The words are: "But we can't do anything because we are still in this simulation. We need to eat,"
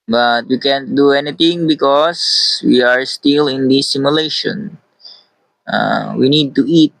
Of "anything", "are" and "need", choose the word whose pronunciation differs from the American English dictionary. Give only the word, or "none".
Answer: anything